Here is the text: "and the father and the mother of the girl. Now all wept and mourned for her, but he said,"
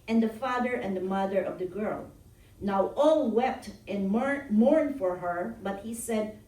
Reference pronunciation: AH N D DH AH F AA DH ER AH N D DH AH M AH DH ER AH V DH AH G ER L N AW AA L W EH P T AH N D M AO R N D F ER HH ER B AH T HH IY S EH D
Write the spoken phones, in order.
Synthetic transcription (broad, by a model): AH N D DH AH F AA DH ER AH N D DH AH M AH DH ER AH V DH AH G ER L N AW AA L W EH P T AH N M AO R N D F ER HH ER B AH T HH IY S EH D